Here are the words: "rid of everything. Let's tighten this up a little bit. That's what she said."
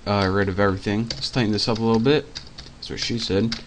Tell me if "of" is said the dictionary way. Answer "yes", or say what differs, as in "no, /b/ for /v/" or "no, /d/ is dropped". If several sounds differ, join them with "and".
yes